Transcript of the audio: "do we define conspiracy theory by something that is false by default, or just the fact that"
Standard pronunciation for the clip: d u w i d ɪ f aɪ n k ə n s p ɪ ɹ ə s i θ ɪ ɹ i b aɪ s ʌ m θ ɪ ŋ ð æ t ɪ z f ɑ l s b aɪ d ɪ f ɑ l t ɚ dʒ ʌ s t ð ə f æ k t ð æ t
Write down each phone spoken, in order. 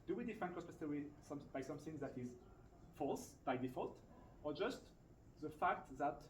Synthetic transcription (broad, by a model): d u w i d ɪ f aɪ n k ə s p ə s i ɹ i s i b aɪ s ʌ m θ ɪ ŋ ð æ t ɪ z f ɑ l s b aɪ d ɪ f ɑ l t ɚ dʒ ʌ s t ð ə f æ k t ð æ t